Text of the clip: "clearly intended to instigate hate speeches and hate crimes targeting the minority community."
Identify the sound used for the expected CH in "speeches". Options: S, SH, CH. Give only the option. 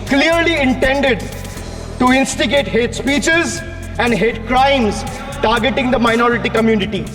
CH